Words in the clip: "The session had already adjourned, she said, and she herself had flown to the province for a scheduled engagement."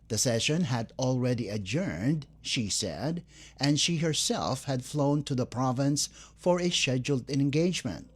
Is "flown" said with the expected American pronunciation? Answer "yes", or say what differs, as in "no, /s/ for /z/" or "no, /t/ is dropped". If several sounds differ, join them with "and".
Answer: yes